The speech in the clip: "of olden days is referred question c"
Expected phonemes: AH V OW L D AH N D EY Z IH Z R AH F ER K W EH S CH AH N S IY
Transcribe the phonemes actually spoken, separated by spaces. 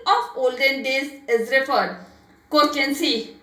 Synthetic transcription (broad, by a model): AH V OW L D AH N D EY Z IH Z R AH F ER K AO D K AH N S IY